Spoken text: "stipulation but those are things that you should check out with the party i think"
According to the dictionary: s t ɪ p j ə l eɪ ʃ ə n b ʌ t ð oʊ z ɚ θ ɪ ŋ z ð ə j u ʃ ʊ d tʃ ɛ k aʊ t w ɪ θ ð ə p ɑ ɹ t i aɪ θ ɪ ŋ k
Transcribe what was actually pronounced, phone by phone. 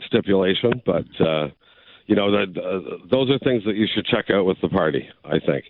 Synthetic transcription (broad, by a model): s t ɪ p j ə l eɪ ʃ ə n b ʌ t ð oʊ z ɚ θ ɪ ŋ z ð ə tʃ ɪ ʃ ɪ d tʃ ɛ k aʊ t w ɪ ð ə p ɑ ɹ t i aɪ θ ɪ ŋ k